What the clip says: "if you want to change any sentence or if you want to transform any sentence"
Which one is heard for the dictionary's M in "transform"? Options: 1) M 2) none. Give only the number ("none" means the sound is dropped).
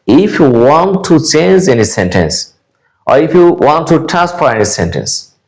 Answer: 2